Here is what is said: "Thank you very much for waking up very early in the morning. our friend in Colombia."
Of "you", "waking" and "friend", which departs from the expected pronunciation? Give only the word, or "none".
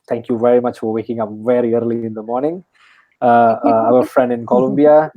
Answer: none